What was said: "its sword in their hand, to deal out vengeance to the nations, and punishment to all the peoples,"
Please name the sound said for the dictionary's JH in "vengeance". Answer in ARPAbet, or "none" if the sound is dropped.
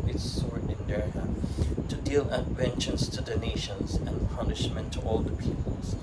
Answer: CH